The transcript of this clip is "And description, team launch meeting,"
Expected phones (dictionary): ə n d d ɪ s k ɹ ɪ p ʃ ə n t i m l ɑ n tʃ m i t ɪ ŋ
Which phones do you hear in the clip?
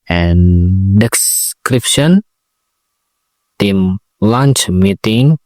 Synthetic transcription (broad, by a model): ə n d d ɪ s k ɹ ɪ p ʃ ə n t i m l ɑ n tʃ m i t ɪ ŋ